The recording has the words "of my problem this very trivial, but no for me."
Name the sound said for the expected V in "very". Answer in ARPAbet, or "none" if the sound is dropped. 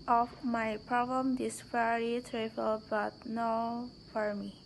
F